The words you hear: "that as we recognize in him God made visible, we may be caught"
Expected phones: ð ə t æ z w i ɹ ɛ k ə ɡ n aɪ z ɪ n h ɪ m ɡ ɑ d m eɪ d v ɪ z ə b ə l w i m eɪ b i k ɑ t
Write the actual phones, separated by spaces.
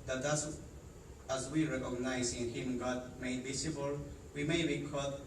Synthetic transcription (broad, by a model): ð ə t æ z w i ɹ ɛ k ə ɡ n aɪ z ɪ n h ɪ m ɡ ɑ d m eɪ d b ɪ s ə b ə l w i m eɪ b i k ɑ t